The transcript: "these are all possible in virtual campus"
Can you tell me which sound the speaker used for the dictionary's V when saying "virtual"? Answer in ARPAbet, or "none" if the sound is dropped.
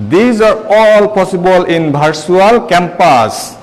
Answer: B